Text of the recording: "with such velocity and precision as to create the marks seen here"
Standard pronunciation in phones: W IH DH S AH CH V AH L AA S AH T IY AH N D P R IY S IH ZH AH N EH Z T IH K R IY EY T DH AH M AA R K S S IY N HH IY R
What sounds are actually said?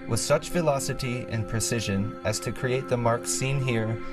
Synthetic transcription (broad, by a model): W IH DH S AH CH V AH L AA S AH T IY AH N P R IY S IH ZH AH N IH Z T IH K R IY EY T DH AH M AA R K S S IY N HH IY R